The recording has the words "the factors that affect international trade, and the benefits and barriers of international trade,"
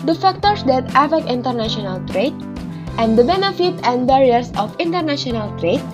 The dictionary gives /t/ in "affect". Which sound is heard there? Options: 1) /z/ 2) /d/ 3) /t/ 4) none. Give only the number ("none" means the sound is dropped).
4